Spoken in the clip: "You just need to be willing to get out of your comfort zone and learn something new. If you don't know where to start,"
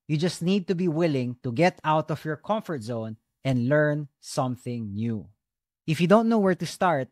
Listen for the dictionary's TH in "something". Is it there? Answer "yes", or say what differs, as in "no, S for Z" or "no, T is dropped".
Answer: yes